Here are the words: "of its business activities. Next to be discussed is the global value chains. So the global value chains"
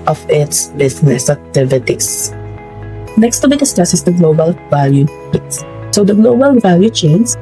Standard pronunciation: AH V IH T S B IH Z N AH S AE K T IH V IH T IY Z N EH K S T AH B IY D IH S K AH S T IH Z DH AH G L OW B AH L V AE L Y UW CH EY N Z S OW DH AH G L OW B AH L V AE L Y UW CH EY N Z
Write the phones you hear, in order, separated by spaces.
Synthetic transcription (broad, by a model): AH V IH T S B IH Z N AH S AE K T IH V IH T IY S N EH K S T AH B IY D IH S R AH S IH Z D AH G L OW B AH L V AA L Y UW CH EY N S S OW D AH G L OW B AH L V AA L Y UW CH EY N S